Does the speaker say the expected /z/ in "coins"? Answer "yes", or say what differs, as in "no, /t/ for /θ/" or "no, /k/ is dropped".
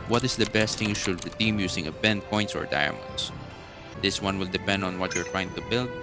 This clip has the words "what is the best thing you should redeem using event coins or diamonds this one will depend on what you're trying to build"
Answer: no, /s/ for /z/